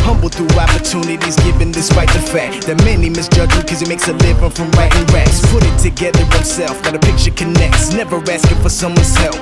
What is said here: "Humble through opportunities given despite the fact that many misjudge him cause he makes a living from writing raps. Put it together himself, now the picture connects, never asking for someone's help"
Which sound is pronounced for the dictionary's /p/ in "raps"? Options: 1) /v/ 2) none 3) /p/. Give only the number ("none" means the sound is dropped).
2